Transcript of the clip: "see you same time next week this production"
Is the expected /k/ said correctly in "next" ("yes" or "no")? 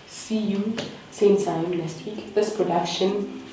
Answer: no